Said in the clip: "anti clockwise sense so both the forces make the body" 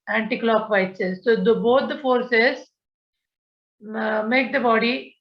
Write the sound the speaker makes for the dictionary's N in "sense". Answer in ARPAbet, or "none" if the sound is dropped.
none